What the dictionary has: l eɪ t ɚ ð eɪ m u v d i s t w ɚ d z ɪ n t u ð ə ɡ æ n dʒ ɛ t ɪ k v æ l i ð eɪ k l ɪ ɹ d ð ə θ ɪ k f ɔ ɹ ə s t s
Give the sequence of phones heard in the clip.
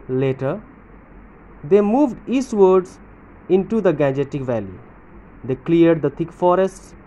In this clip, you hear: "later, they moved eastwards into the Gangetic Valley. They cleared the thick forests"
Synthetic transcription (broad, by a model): l eɪ t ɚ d eɪ m u v d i s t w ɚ d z ɪ n t u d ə ɡ æ n dʒ ɛ t ɪ k v æ l i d eɪ k l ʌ ɹ d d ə t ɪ k f ɔ ɹ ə s t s